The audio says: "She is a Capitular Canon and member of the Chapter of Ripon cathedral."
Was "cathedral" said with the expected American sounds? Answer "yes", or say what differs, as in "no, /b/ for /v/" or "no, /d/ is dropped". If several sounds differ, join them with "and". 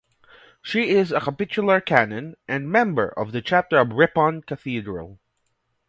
yes